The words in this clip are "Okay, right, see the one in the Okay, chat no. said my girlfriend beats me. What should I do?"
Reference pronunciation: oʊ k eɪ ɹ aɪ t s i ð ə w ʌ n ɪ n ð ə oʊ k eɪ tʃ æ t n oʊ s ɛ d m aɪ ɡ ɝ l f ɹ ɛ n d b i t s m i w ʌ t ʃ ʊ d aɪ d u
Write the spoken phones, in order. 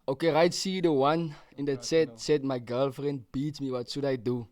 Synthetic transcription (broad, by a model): oʊ k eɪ ɹ aɪ t s i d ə w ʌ n ɪ n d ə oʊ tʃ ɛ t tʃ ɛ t m aɪ ɡ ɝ l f ɹ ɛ n d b i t m i w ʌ t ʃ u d aɪ d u